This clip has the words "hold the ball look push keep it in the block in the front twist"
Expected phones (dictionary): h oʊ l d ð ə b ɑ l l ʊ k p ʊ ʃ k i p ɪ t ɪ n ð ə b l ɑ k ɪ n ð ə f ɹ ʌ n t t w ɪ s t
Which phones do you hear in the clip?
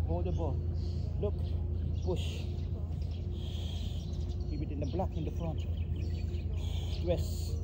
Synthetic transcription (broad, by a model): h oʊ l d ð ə b ɑ l l ʊ k b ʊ ʃ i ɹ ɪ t ɪ n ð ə b l ɑ k ɪ n ð ə f ɹ ʌ n t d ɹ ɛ s